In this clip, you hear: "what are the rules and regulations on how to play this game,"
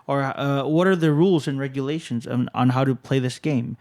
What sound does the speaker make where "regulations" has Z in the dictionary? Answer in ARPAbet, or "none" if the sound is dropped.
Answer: Z